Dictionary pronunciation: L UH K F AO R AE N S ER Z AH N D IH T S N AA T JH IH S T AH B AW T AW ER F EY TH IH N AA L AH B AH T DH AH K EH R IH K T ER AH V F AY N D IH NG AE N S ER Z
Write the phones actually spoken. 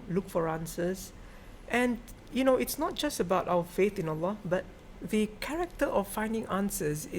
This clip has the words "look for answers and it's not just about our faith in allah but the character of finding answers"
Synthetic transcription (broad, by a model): L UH K F AO R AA N S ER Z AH N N IH T S N AA T JH IH S T AH B AW T AW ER F EY TH IH N AA L AH B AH T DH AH K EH R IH K T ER AH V F AY N D IH NG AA N S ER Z